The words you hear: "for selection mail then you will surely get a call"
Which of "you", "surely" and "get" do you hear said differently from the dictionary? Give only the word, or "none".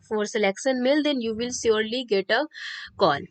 surely